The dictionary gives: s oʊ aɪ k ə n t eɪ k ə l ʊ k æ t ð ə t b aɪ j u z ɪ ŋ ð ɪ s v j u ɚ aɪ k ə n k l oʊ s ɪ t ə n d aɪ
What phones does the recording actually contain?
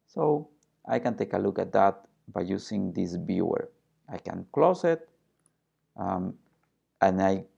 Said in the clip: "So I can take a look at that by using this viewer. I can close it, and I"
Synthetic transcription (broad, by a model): s oʊ aɪ k ə n t eɪ k ə l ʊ k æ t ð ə t b aɪ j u s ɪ ŋ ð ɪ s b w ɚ aɪ k ə n k l oʊ s ɪ t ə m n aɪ